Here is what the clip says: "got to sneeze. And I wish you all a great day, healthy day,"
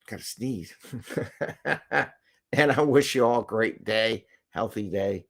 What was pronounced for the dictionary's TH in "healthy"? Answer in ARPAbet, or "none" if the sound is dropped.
TH